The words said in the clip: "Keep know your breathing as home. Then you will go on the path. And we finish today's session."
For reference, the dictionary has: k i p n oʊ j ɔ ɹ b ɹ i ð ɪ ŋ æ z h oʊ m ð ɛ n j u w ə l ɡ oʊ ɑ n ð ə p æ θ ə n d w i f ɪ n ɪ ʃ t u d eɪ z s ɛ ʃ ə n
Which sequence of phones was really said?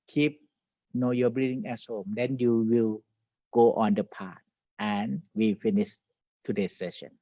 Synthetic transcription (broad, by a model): k i p n oʊ j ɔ b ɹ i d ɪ ŋ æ s h oʊ m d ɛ n j u w ə l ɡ oʊ ɑ n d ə p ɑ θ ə n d w i f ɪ n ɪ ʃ t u d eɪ s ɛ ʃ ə n